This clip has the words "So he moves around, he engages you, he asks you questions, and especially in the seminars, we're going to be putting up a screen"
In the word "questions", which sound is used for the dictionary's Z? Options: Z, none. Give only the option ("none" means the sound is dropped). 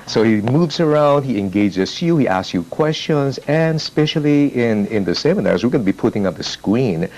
Z